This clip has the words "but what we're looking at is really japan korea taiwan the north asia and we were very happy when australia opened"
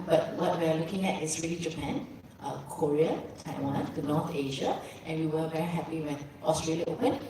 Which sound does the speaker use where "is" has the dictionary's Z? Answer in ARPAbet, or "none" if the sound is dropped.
S